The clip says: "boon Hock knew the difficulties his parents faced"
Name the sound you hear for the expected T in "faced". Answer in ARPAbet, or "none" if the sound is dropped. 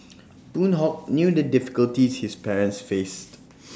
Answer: T